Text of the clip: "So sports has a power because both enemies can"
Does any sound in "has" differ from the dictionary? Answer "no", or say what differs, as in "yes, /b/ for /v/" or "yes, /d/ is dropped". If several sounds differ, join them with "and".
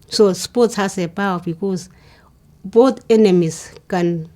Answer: yes, /s/ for /z/